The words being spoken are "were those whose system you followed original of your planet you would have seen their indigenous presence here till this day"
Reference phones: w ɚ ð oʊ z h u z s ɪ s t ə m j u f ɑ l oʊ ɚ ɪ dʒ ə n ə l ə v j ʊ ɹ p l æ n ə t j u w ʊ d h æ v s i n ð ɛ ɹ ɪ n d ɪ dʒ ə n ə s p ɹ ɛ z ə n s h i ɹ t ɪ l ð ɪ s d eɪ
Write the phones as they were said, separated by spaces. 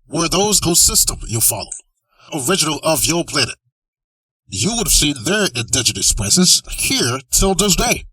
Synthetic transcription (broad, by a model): w ɚ ð oʊ z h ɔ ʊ s ɪ s t ə m j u f ɑ l oʊ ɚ ɪ dʒ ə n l ə v j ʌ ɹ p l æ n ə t j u w ʊ d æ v s i n ð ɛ ɹ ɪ n d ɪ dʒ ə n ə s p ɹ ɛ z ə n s h i ɹ t ɪ l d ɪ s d eɪ